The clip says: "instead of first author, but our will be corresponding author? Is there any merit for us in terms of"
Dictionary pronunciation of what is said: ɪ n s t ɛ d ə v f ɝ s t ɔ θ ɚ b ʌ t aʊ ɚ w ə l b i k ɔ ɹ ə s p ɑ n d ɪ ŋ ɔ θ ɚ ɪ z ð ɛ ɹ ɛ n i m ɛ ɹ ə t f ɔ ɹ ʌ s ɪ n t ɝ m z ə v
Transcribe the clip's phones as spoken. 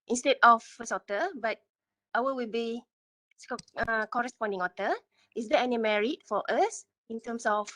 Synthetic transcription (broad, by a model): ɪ n s t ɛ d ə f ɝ s ɔ t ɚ b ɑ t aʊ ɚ w ə l b i k ɔ ɹ ə s p ɑ n d ɪ ŋ ɔ t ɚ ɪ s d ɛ ɛ n i m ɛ ɹ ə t f ɔ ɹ ʌ s ɪ n t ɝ m s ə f